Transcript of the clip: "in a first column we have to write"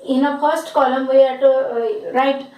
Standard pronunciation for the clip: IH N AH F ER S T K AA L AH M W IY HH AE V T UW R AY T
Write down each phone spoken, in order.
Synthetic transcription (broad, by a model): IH N AH P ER S T K AA L AH M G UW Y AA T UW R AY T